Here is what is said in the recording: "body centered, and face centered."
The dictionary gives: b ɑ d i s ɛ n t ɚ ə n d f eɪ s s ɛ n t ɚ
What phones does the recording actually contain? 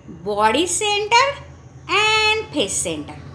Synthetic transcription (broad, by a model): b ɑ d i s ɛ n t ɚ ə n d p eɪ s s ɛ n t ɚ